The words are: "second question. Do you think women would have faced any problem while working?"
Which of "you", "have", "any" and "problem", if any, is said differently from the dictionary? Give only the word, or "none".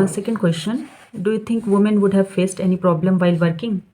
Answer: none